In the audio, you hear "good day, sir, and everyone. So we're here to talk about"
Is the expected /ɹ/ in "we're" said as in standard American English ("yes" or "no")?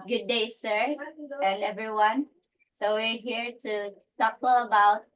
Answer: yes